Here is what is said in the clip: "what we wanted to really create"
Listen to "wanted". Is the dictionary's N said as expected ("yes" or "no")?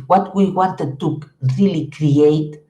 yes